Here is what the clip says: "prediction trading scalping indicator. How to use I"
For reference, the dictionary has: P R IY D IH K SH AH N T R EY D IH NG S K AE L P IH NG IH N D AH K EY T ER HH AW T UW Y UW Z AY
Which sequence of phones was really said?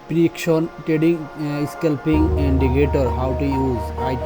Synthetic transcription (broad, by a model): P R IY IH K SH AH N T EY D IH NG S K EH L P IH NG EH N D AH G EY T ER HH AW T UW Y UW Z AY